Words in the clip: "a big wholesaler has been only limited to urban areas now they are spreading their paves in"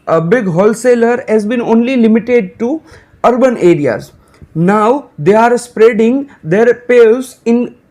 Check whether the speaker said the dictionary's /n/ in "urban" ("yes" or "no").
yes